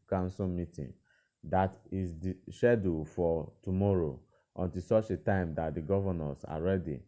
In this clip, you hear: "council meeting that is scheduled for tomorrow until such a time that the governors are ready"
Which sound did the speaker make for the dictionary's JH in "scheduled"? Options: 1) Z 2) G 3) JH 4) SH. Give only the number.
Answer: 4